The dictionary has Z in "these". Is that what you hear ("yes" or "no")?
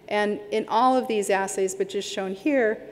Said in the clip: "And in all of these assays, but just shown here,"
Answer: yes